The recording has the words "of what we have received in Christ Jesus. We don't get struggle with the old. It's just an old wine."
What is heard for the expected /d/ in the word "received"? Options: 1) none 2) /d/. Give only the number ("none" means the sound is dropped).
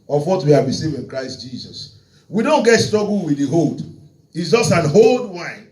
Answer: 1